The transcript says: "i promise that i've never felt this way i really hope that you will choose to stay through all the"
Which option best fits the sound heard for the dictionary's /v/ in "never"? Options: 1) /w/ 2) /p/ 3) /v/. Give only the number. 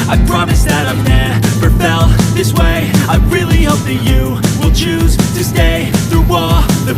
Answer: 2